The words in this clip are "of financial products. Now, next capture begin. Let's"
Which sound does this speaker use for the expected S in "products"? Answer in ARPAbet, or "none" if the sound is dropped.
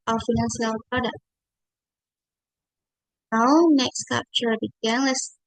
none